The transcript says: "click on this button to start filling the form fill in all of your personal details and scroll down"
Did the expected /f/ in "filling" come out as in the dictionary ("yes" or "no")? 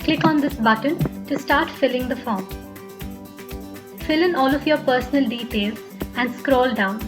yes